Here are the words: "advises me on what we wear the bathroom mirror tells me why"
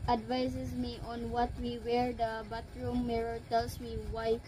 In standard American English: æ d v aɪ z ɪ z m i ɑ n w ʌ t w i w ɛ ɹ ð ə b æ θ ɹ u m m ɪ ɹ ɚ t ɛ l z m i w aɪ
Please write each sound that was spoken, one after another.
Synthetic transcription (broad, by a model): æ d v aɪ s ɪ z m i ɑ n w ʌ t w i w ɛ ɹ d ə b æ t ɹ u m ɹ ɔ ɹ t ɛ l s m i w aɪ